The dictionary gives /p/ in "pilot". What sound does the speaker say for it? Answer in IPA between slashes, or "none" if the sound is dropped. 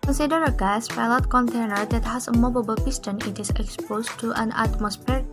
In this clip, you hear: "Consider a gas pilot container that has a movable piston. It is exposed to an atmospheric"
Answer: /f/